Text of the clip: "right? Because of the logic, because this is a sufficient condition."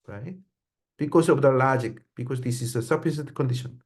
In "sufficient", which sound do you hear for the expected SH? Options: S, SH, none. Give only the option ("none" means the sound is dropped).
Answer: S